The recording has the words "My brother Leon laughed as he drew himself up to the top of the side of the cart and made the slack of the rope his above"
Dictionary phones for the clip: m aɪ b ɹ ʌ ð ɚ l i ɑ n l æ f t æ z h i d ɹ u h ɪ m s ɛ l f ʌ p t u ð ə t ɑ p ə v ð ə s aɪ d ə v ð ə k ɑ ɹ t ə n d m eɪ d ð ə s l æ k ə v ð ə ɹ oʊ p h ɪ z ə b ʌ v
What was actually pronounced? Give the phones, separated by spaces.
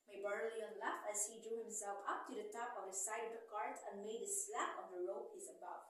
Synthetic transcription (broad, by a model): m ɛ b ʌ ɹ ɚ l i ɑ n l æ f æ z h i d ɹ u h ɪ m s ɛ l f ʌ p t u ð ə t ɑ p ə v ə s aɪ d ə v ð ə k ɑ ɹ t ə n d m eɪ d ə s l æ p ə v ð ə ɹ oʊ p h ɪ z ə b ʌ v